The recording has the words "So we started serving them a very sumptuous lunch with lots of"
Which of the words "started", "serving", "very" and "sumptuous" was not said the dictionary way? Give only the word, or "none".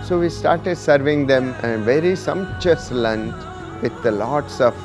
sumptuous